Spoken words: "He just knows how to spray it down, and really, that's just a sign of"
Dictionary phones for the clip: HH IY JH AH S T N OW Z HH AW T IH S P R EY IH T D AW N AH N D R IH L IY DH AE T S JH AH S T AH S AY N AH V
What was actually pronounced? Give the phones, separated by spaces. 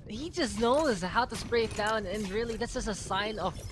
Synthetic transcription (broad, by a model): HH IY JH AH S T N OW Z HH AW T IH S P R EY IH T D AW N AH N R IH L IY DH AE T S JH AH S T AH S AY N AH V